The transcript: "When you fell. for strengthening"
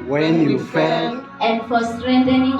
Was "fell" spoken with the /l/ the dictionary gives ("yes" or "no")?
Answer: no